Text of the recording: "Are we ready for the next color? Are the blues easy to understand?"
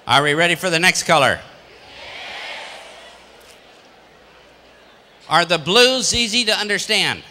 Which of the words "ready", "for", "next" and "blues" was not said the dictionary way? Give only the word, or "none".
none